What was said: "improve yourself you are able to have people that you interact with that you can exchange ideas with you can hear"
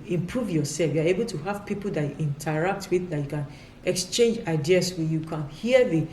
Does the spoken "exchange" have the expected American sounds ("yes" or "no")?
yes